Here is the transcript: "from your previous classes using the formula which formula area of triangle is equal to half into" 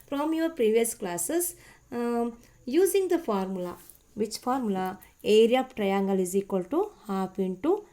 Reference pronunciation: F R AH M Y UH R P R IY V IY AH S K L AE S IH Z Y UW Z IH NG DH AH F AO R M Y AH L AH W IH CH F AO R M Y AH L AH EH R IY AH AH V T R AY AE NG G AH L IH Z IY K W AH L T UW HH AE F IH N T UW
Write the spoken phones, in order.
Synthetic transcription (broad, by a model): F R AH M Y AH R P R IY V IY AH S K L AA S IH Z Y UW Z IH NG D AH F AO R M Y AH L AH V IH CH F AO R M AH L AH EH R IY AH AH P T R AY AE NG G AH L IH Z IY K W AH L T UW HH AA P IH N T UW